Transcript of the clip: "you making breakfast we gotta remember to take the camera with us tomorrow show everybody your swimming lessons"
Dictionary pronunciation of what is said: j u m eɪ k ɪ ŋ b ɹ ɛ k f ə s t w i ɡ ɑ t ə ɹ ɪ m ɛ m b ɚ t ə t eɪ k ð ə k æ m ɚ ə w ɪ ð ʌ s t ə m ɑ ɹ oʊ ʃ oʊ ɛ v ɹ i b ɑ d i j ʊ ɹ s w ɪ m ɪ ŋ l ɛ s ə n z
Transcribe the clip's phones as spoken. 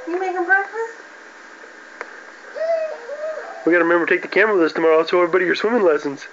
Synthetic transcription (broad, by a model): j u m eɪ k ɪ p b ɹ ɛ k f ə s w i ɡ ɑ t ə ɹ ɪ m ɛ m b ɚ t ə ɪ k ð ə k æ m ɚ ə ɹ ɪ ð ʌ s t ə m ɑ ɹ oʊ s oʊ ɛ v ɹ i b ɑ d i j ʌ ɹ s w ɪ m ɪ ŋ l ɛ s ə n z